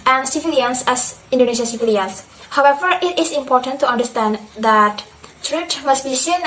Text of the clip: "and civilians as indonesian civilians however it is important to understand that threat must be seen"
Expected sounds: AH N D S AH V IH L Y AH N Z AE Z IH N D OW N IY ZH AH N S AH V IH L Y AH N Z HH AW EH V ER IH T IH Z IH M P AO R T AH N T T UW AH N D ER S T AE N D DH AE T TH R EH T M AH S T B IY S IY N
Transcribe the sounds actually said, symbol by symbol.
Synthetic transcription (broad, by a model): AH N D S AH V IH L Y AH N S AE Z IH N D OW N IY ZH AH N S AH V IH L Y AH N S HH AW EH V ER IH T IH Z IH M P AO R T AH N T T UW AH N D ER S T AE N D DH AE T T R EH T M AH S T B IY S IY N